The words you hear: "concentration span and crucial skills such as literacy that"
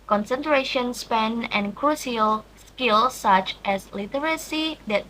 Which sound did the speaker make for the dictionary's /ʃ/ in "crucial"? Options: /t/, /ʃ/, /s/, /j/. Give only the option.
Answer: /s/